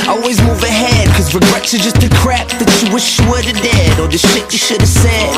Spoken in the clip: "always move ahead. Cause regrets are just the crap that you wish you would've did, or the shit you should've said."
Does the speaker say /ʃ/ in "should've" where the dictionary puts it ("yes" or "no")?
yes